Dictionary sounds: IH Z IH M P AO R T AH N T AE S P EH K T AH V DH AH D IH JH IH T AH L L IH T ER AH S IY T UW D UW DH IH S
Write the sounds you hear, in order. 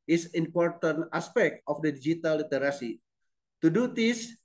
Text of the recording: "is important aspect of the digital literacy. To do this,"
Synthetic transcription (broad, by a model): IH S IH M P AO R T AH N T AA S P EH K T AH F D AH D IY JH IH T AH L L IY T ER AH S IY T UW D UW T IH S